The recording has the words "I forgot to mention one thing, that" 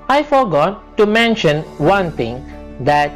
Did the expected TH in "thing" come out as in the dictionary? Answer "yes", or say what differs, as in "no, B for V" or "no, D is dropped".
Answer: no, T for TH